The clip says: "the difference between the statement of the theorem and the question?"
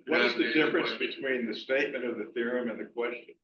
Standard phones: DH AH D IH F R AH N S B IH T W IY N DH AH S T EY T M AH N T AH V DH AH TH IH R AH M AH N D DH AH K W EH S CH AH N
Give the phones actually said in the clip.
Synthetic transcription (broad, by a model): DH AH D IH F R AH N S B IH T W IY N DH AH S T EY T M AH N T AH V DH AH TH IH R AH M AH N DH AH K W EH S CH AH N